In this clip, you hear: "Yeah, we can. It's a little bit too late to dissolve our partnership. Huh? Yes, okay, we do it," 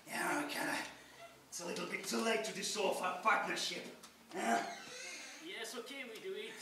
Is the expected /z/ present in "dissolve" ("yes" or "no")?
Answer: no